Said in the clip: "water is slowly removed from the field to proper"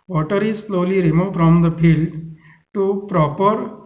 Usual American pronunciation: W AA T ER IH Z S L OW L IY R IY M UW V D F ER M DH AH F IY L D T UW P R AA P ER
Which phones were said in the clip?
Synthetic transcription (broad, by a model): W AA T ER IH Z S L OW L IY R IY M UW F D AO M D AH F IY L D T UW P R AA P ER